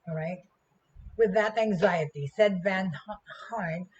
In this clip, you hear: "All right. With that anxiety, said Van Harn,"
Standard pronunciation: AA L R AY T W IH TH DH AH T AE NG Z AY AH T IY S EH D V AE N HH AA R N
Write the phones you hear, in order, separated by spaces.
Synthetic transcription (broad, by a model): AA R AY T W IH DH AH T AE NG Z AY AH T IY S EH D V AE N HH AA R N